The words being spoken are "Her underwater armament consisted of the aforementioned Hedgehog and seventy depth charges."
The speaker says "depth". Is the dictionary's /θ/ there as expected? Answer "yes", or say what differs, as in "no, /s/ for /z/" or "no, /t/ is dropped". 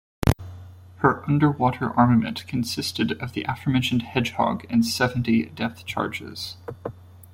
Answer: yes